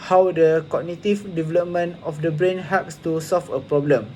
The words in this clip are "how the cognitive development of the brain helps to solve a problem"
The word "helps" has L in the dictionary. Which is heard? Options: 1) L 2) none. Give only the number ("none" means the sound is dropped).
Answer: 2